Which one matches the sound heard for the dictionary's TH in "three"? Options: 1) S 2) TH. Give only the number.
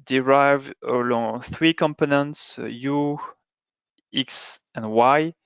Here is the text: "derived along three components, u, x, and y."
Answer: 2